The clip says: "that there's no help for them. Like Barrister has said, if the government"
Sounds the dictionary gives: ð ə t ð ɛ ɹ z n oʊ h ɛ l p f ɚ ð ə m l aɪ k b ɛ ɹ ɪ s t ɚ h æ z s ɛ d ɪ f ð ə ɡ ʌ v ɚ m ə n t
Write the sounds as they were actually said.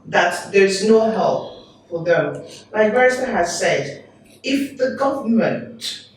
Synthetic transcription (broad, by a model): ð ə t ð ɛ ɹ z n oʊ h ɛ l p f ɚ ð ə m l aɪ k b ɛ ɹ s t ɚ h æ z s ɛ d ɪ f ð ə ɡ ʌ v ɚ m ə n t